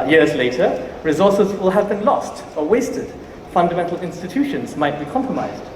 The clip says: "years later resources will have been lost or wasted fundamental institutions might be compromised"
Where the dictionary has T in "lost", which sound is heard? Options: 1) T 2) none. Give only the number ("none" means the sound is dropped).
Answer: 1